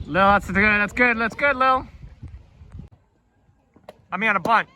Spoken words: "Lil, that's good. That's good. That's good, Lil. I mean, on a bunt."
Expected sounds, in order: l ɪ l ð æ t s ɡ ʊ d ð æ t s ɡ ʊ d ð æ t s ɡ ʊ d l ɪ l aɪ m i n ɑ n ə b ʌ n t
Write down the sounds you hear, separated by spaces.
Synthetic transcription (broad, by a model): l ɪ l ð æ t s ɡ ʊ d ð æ t s ɡ ʊ d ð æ t s ɡ ʊ d l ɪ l aɪ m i ɑ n ə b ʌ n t